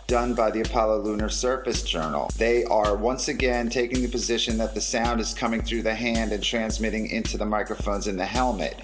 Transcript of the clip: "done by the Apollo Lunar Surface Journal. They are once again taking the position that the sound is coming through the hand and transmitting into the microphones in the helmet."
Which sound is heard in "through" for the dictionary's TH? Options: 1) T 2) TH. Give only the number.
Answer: 2